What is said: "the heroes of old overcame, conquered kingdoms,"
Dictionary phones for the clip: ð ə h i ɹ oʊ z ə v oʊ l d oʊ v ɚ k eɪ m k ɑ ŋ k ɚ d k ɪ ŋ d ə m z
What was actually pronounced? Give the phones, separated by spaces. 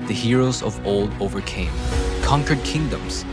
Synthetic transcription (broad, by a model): ð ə h i ɹ oʊ z ə v oʊ l d oʊ v ɚ k eɪ m k ɑ ŋ k ɚ d k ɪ ŋ d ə m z